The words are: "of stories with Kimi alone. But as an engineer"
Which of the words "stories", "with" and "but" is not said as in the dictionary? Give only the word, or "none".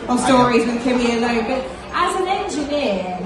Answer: none